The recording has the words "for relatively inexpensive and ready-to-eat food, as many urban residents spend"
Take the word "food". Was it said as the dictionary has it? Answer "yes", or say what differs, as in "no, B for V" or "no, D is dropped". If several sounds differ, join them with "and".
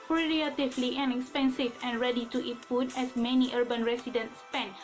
no, P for F